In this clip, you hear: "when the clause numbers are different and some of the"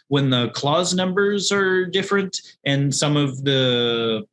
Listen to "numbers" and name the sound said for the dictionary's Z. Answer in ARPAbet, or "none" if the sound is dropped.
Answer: Z